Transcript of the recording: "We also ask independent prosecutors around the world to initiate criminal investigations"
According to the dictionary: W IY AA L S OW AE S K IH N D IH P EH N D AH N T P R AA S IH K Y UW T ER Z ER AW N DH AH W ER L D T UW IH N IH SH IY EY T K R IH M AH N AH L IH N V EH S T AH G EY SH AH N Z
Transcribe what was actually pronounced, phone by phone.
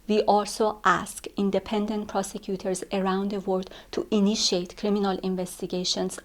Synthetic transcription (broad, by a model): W IY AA L S OW AE S K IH N D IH P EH N D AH N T P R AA S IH K Y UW T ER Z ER AW N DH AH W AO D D T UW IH N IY SH IY EY T K R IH M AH N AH L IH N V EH S T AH G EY SH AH N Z